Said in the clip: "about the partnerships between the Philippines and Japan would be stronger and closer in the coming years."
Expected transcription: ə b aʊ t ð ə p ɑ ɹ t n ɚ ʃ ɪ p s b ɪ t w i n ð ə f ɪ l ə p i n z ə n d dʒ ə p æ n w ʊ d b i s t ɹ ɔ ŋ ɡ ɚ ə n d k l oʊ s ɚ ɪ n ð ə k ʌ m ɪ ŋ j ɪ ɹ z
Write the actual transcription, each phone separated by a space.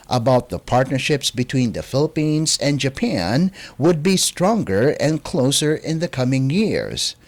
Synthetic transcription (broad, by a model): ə b aʊ t ð ə p ɑ ɹ t n ɚ ʃ ɪ p s b ɪ t w i n ð ə f ɪ l ə p i n z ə n dʒ ə p æ n w ʊ d b i s t ɹ ɔ ŋ ɡ ɚ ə n k l oʊ s ɚ ɪ n ð ə k ʌ m ɪ ŋ j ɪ ɹ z